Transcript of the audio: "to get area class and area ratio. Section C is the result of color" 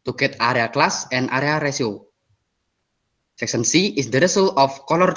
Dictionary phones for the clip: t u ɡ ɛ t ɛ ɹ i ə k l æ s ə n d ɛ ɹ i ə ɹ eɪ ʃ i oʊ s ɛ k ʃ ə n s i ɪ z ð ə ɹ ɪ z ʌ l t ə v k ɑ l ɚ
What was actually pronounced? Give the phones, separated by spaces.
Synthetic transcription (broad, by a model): t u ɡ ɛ t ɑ ɹ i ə k l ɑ s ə n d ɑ ɹ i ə ɹ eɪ s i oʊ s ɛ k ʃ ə n s i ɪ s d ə ɹ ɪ s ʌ l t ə f k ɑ l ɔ